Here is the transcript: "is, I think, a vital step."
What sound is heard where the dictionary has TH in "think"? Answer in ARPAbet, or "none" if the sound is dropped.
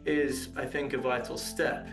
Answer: TH